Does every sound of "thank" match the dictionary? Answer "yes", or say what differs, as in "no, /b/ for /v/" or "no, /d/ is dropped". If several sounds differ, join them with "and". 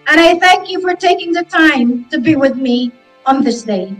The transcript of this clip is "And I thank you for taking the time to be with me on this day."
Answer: yes